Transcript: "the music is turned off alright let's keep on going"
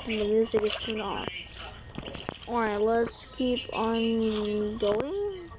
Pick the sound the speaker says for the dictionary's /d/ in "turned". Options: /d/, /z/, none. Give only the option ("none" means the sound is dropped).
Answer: none